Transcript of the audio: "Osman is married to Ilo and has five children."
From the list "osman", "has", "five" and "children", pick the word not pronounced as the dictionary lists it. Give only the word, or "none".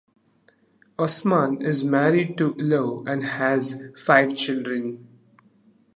none